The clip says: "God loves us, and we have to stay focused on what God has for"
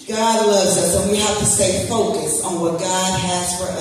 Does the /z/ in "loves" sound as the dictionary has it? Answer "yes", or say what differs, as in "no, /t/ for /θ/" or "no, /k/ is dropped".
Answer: yes